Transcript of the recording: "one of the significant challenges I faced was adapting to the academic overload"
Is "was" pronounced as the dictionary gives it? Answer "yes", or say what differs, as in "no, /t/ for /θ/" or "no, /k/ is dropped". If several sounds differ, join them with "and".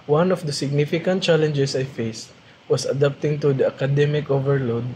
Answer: no, /s/ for /z/